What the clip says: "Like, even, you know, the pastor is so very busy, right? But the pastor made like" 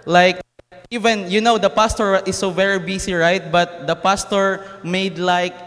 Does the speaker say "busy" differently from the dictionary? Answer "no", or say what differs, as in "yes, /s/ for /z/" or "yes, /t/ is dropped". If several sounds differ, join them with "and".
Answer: yes, /s/ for /z/